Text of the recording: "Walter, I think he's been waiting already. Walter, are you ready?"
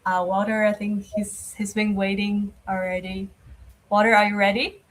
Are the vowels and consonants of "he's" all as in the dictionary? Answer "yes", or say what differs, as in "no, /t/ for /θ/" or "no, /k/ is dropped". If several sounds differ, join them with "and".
yes